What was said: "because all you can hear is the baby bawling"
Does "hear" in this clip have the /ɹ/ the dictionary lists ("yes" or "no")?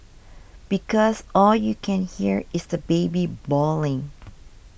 yes